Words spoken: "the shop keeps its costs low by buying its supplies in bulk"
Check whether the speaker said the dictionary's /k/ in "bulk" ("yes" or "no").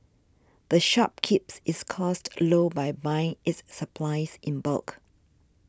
yes